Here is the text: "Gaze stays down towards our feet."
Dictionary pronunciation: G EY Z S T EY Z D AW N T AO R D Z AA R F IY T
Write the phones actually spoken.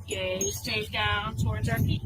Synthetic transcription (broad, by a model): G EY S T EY D AW N T AO R D Z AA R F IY